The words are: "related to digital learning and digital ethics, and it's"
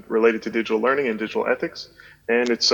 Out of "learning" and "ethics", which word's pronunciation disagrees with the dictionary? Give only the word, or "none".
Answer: none